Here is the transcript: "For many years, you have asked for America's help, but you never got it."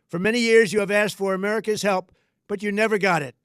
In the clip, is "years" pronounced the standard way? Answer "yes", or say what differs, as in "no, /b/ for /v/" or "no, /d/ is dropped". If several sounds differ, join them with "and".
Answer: yes